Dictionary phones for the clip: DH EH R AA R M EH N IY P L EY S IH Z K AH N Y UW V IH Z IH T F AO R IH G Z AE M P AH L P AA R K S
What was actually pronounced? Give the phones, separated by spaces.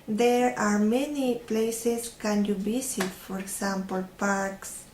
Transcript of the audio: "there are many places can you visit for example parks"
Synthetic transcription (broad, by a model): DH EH R AA R M EH N IY P L EY S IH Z K AH N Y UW B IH S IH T F AO R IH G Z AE M P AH L P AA R K S